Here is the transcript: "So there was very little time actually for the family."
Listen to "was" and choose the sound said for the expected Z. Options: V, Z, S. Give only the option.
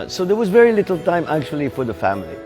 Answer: Z